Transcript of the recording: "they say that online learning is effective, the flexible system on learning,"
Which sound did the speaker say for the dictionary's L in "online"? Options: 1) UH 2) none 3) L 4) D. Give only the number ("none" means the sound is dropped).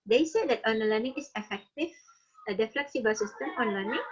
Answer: 2